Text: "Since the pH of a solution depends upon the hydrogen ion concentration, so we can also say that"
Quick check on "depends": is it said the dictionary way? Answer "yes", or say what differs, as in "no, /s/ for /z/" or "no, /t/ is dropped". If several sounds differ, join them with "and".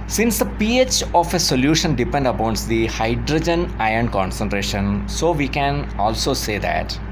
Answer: no, /z/ is dropped